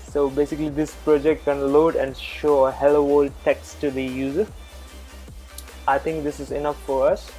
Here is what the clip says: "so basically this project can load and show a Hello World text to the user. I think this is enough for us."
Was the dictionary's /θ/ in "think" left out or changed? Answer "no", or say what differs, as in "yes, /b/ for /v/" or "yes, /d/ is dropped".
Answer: yes, /t/ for /θ/